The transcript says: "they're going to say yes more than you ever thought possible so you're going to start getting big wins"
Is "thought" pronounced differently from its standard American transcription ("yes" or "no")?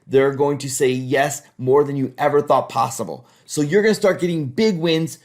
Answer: no